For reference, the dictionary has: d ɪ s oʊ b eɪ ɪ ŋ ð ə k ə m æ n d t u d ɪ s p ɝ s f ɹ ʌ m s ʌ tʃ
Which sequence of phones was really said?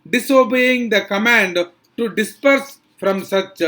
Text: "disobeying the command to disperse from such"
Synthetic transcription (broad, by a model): d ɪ s oʊ b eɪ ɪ ŋ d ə k ə m æ n d t u d ɪ s p ɝ s f ɹ ʌ m s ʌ tʃ